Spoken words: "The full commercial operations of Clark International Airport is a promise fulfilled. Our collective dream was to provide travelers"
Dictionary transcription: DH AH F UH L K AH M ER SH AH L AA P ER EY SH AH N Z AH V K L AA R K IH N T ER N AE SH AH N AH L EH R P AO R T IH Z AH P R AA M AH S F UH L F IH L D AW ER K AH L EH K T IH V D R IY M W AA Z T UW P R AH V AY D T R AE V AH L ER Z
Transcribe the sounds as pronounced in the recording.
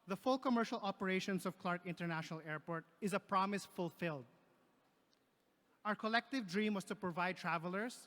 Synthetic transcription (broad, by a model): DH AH F UH L K AH M ER SH AH L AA P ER EY SH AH N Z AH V K L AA R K IH N T ER N AE SH AH N AH L EH R P AO R T IH Z AH P R AA M AH S F UH L F IH L D AW ER K AH L EH K T IH V D R IY M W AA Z T UW P R AH V AY D T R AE V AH L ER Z